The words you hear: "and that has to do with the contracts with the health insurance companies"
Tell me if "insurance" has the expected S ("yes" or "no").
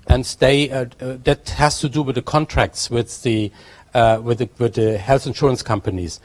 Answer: yes